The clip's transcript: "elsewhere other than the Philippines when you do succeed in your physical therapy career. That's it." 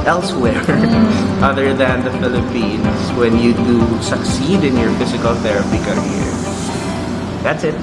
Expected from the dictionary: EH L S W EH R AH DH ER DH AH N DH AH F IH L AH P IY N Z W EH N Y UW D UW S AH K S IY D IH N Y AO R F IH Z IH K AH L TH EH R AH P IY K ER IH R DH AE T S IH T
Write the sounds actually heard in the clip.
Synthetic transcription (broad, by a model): EH L S W EH R AH DH ER DH AH N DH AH F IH L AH P IY N S W EH N Y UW D UW S AH K S IY D IH N Y AO R F IH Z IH K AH L TH EH R AH P IY K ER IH R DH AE T S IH T